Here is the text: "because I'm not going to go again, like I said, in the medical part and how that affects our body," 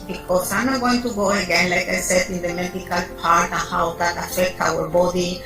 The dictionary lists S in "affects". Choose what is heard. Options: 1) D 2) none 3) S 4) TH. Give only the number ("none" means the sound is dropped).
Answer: 2